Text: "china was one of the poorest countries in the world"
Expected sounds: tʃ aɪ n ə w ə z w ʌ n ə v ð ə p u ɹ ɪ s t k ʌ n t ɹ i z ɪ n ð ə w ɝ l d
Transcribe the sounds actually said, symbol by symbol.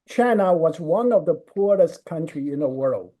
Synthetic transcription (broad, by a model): tʃ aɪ n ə w ə z w ʌ n ə v ð ə p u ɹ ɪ s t k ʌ n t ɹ i ɪ n ð ə w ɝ l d